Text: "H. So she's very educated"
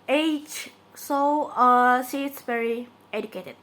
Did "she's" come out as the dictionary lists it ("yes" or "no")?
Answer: no